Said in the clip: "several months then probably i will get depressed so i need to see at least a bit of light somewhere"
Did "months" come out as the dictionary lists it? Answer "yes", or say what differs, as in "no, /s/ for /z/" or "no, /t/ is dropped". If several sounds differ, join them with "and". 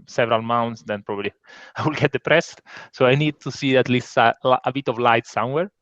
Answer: no, /t/ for /θ/